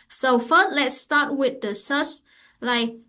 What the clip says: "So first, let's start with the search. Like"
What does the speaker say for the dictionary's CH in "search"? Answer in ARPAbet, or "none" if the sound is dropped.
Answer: S